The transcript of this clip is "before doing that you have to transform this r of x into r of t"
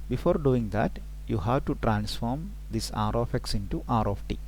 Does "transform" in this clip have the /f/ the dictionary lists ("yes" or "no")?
yes